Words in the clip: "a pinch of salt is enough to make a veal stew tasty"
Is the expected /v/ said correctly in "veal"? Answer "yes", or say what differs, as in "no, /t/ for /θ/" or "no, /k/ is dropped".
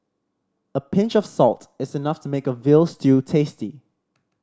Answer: yes